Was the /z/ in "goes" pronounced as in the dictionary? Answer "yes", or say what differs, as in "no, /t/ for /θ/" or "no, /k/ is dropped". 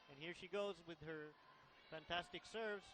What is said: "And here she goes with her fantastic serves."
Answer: yes